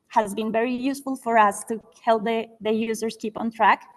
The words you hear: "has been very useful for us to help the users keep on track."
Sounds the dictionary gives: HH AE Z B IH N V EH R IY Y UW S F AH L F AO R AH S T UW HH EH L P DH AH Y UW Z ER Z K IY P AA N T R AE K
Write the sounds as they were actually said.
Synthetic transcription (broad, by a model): HH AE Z B IH N V EH R IY Y UW S F AH L F AO R AH S T UW HH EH L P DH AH Y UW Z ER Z K IY P AA N T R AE K